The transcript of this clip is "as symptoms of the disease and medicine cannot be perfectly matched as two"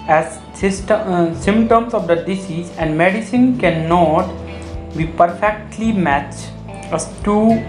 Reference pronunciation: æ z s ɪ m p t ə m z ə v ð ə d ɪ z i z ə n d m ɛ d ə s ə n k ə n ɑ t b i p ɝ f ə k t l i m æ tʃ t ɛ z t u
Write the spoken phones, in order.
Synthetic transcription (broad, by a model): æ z s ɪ m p t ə m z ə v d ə d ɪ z i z ə n d m ɛ d ə s ə n k ə n ɑ t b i p ɝ f ə k t l i m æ tʃ ʌ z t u